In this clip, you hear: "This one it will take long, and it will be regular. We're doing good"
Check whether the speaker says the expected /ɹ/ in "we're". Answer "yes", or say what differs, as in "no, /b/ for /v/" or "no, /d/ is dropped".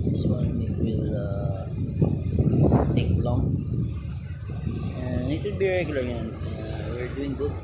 yes